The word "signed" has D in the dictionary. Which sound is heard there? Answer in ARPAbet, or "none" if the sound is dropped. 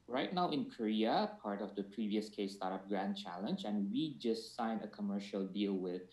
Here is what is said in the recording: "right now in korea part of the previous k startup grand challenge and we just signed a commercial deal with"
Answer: none